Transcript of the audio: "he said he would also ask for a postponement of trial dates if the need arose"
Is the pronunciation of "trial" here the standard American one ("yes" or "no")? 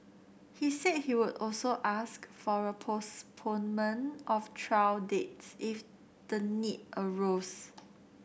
no